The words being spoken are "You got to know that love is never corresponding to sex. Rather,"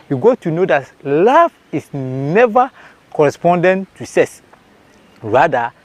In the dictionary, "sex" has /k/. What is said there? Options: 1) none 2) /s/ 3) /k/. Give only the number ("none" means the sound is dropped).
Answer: 1